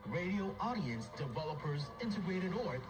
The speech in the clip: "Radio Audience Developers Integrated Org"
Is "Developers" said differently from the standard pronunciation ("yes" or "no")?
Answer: no